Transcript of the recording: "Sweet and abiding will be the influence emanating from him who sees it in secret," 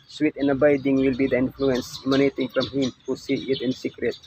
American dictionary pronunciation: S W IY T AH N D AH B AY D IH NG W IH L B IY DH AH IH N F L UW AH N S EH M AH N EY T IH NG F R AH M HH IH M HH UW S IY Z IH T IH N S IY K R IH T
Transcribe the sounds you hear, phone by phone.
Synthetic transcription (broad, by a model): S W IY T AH N AH B AY D IH NG W IH L B IY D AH IH N F L UW AH N S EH M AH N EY T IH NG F R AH M HH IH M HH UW S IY IH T IH N S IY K R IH T